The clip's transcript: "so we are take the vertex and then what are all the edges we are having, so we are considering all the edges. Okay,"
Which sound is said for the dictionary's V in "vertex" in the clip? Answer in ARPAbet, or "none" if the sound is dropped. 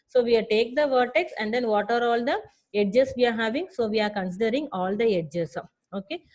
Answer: V